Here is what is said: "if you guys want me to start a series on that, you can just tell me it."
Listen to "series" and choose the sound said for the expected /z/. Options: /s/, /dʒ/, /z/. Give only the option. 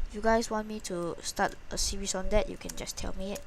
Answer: /s/